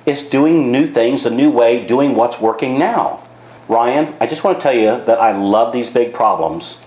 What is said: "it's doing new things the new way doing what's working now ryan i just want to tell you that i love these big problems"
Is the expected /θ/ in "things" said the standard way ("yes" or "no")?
yes